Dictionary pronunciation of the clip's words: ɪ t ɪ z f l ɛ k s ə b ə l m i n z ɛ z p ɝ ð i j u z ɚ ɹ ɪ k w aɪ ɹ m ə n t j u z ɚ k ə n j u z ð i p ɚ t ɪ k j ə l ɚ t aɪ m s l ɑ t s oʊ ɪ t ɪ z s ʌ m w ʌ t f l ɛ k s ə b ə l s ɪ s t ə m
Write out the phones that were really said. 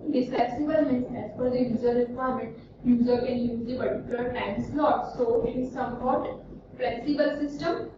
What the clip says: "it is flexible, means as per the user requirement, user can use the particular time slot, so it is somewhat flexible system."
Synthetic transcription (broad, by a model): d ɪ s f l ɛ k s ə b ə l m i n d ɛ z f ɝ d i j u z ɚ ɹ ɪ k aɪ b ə t j u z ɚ k ə n j u z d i p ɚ t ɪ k j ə l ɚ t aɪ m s l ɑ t s oʊ ɪ t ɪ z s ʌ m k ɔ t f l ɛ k s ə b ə l s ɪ s t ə m